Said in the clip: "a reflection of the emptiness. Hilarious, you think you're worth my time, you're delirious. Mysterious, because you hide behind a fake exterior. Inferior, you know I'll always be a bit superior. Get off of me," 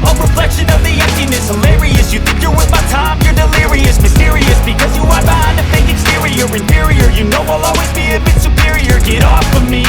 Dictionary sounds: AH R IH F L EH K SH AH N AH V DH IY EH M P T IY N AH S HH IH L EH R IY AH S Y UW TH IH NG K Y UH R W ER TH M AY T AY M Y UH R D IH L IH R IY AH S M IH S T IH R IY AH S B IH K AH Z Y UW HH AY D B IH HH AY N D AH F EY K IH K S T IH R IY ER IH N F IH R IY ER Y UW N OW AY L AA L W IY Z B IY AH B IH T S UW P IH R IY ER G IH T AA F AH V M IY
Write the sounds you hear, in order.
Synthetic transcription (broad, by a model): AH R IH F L EH K SH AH N AH V DH IY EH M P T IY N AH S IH L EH R IY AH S Y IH TH IH NG K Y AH R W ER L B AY T AY M Y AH R D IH L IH R IY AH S M IH S T IH R IY AH S B IH K AH Z Y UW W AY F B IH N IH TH AH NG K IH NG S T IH R IY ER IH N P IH R IY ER Y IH N OW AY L AA L W IY Z B IY AH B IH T S UW P IH R IY ER G IH T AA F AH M IY